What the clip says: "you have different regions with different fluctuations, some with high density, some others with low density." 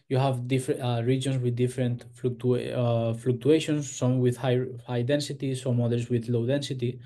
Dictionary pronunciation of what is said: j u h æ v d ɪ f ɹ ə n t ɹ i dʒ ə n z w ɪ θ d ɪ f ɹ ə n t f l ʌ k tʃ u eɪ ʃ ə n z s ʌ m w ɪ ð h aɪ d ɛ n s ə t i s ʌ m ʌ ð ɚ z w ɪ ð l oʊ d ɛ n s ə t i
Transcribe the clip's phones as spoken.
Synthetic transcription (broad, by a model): j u h æ v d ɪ f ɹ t ɹ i dʒ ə n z w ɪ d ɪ f ɹ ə n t f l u k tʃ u eɪ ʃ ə n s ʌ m w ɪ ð h aɪ d ɛ n s ə t i s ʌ m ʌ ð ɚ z w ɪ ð l oʊ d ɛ n s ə t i